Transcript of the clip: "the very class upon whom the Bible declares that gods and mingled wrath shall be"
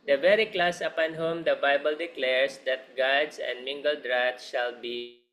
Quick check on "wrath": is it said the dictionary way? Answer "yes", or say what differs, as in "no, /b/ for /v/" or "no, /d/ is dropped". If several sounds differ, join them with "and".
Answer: no, /t/ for /θ/